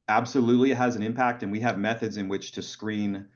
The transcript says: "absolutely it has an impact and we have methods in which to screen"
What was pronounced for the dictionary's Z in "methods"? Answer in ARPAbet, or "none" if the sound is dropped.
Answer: Z